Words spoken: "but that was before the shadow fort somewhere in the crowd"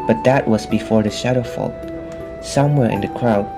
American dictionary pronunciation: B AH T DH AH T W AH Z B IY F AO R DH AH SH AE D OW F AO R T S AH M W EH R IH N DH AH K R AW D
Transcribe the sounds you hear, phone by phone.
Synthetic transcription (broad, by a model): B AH T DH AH T W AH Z B IY F AO R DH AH SH AE D OW F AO L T S AH M W EH R IH N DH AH K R AW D